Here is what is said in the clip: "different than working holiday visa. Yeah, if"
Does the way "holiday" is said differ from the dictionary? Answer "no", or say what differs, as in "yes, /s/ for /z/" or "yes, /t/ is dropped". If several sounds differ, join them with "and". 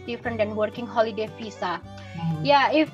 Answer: no